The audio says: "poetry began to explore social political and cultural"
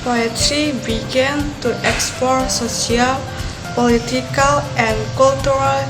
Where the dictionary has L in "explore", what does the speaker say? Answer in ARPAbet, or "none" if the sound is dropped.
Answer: none